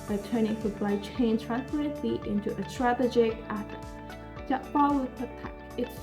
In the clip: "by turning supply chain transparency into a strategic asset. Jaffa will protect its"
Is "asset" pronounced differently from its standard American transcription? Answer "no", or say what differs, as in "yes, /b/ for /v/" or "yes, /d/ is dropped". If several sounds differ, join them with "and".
yes, /θ/ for /s/